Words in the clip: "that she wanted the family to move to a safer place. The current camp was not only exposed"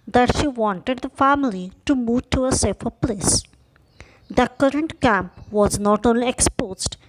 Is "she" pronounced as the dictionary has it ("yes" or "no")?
yes